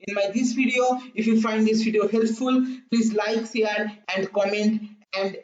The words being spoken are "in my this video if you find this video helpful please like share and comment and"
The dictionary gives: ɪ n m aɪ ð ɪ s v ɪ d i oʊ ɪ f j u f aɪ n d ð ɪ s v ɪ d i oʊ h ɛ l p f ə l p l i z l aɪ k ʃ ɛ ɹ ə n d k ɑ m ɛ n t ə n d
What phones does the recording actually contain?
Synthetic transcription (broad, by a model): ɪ n m aɪ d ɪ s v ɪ d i oʊ ɪ f j u f aɪ n d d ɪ s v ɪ d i oʊ h ɛ l p f ə l p l i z l aɪ k s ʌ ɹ ə n d k ɑ m ɛ n t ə n d